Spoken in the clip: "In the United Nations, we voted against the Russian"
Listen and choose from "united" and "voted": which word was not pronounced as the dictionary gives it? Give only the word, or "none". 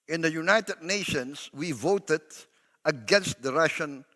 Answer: none